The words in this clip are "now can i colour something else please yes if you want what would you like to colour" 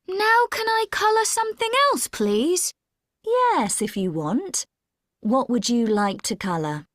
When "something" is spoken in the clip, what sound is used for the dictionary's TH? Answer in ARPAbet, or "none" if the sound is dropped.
TH